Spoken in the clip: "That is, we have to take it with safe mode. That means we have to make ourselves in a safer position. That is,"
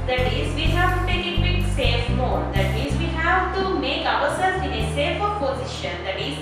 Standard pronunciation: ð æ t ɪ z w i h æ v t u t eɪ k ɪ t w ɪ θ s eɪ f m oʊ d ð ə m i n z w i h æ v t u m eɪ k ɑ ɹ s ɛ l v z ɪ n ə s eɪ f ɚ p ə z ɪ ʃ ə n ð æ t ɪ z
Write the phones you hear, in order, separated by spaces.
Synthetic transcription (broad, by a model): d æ t ɪ z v i h æ v t u t eɪ k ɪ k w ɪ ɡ s eɪ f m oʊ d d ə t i z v i h æ v t u m eɪ k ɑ ɹ s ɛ l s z ɪ n ə s eɪ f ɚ p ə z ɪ ʃ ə n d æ t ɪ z